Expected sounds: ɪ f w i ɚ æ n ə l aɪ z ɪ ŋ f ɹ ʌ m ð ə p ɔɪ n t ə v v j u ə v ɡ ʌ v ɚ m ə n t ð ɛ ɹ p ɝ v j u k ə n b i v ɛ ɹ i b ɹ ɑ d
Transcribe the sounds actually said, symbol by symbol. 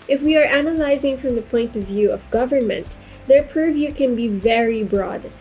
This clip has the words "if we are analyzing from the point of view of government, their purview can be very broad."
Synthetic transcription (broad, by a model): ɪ f w i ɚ æ n ə l aɪ z ɪ ŋ f ɹ ʌ m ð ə p ɔɪ n t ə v v j u ə v ɡ ʌ v ɚ m ə n t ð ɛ ɹ p ɝ v j u k ə n b i v ɛ ɹ i b ɹ ɑ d